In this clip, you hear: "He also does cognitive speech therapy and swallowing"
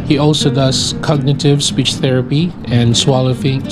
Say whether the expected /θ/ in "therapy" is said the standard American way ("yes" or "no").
yes